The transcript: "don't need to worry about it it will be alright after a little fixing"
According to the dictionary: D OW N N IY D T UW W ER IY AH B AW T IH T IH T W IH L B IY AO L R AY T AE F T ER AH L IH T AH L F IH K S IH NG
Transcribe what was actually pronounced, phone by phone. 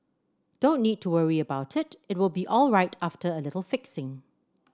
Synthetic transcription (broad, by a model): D OW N N IY D T UW W ER IY AH B AW T IH T IH T W IH L B IY AO L R AY T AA F T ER AH L IH T AH L F IH K S IH NG